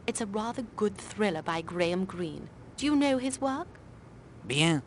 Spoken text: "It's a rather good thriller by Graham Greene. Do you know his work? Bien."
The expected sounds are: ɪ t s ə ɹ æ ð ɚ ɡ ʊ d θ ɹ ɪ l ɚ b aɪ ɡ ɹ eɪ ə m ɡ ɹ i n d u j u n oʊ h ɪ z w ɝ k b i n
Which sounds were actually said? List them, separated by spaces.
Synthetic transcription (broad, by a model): ɪ t s ə ɹ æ ð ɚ ɡ ʊ d θ ɹ ɪ l ɚ b aɪ ɡ ɹ eɪ ə m ɡ ɹ i n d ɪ j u n oʊ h ɪ z w ɝ k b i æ